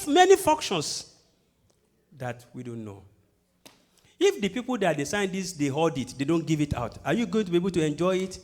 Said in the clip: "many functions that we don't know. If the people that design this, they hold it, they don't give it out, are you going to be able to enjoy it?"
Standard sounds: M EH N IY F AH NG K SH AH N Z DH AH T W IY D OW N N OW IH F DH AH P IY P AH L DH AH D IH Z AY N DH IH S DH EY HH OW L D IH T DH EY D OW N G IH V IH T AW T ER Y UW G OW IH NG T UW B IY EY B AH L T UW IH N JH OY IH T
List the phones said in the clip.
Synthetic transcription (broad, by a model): M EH N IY F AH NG K SH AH N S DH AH T W IY D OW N N OW IH F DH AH P IY P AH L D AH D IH S AY N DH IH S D EY HH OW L D IH T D EY D OW N G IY V IH T AW T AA Y UW G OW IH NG T UW B IY EY B AH L T UW IH N JH OY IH T